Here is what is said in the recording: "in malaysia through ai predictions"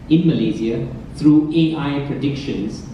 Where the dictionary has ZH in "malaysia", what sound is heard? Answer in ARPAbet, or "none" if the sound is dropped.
Z